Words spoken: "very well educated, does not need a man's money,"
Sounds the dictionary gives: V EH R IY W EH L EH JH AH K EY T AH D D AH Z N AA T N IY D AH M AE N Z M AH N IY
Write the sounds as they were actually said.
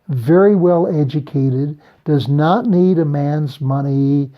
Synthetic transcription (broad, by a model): V EH R IY W EH L EH JH AH K EY T AH D D AH Z N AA T N IY D AH M AE N Z M AH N IY